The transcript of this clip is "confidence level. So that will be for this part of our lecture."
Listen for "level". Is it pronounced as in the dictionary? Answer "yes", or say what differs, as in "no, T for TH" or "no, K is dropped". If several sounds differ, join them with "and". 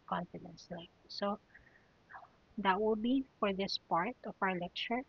no, V is dropped